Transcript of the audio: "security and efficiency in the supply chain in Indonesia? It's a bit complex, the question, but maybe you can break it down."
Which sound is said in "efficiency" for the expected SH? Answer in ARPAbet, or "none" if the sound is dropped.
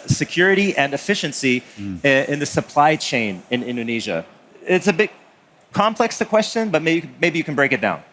SH